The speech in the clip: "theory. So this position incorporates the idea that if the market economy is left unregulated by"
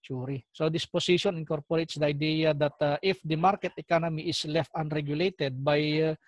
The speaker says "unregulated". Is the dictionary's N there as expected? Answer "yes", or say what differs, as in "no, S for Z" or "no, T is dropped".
yes